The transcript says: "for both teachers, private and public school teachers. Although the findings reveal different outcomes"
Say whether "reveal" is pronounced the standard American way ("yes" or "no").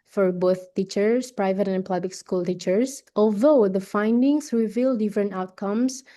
yes